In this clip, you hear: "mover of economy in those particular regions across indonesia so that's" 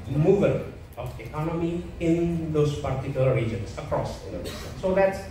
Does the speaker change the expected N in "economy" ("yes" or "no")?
no